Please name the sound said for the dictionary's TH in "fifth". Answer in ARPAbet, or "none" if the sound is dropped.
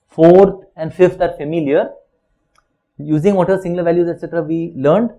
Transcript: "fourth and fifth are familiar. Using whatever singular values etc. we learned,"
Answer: T